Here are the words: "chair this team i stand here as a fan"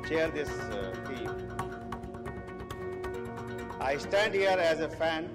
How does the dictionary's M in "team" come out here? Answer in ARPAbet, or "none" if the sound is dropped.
none